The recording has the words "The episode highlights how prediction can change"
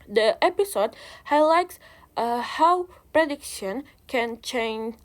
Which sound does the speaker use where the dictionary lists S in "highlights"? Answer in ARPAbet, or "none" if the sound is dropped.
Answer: S